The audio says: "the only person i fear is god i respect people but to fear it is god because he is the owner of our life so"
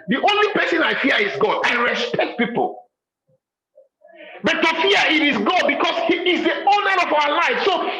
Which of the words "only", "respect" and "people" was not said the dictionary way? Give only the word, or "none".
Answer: none